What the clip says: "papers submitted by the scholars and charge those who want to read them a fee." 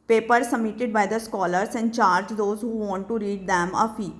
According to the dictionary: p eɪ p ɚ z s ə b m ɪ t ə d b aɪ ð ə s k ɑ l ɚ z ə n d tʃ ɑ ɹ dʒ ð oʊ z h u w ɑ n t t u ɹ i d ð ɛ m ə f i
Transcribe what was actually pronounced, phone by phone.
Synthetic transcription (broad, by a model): p eɪ p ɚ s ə m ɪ t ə d b aɪ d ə s k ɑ l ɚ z ə n d tʃ ɑ ɹ dʒ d oʊ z h u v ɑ n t t u ɹ i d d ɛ m ə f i